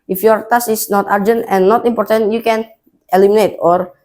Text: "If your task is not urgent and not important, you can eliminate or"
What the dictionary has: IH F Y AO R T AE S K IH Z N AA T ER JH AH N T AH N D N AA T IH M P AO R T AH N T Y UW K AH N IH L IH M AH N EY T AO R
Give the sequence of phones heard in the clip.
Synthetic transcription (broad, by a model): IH F Y AO R T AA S IH S N AA T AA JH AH N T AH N N AA T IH M P AO R T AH N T Y UW K AH N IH L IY M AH N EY T AO R